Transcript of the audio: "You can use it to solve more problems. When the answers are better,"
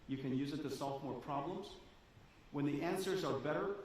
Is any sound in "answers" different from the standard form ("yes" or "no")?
no